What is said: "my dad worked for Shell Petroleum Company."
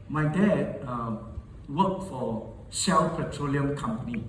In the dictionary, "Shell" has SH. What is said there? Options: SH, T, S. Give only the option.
S